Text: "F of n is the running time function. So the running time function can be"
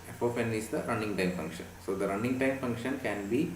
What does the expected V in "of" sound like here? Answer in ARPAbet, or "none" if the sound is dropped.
P